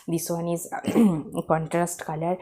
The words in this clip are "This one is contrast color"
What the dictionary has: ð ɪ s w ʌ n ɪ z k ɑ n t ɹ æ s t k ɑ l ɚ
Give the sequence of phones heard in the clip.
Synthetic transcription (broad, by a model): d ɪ s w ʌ n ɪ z k ɑ n t ɹ æ s t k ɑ l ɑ